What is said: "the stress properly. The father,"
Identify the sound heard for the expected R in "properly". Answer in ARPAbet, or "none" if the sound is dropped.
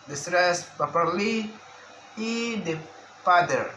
none